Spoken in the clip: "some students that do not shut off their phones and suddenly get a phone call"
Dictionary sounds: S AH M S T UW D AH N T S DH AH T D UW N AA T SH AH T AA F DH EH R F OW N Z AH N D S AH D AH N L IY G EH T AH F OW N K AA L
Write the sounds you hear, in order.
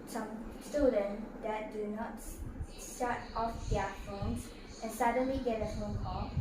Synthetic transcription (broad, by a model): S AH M S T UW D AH N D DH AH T D UW N AA T S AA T AA F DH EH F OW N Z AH N S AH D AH N L IY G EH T AH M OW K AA